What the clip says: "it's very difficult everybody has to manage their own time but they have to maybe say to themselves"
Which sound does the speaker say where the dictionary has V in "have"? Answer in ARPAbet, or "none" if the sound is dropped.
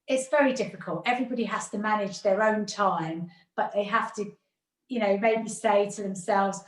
F